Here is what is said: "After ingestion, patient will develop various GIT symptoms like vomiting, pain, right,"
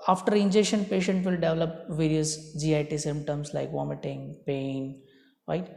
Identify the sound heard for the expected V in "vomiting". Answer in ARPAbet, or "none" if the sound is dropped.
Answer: V